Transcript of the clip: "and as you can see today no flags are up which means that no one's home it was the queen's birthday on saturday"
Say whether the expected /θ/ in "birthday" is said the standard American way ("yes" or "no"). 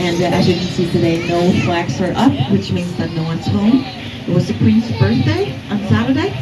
yes